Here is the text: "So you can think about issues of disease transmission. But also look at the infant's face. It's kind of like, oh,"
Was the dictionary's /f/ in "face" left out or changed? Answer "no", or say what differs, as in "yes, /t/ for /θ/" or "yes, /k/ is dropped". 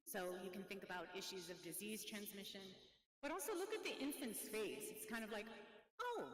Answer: yes, /p/ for /f/